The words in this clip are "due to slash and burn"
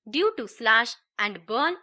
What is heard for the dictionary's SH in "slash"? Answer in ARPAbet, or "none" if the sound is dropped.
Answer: SH